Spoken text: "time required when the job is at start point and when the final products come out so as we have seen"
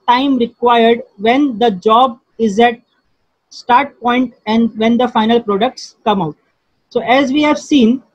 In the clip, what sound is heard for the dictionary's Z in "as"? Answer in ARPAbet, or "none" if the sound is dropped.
Z